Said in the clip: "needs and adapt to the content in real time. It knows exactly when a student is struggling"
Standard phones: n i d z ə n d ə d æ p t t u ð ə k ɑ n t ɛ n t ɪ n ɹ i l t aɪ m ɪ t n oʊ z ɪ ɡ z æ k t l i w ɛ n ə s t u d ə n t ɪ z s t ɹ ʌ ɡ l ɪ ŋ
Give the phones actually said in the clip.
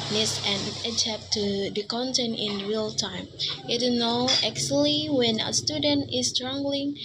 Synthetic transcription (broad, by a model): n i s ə n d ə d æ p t t u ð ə k ɑ n t ɛ n t ɪ n ɹ i l t aɪ m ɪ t n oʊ ɪ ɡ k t l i w ɛ n ə s t u d ə n t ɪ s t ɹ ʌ ɡ l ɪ ŋ